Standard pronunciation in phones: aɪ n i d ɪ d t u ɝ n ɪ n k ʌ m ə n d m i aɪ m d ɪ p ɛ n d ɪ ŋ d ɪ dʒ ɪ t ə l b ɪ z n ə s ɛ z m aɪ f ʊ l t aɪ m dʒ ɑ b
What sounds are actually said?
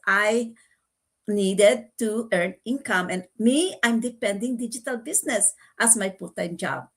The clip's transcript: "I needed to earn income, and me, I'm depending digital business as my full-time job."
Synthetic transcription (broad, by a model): aɪ n i d ɪ d t u ɝ n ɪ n k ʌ m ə n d m i aɪ m d ɪ p ɛ n d ɪ ŋ d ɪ dʒ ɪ t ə l b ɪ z n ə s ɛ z m aɪ p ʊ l t aɪ m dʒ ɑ b